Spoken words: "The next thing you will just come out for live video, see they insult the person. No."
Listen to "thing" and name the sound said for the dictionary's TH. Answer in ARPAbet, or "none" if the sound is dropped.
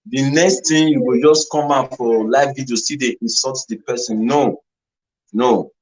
T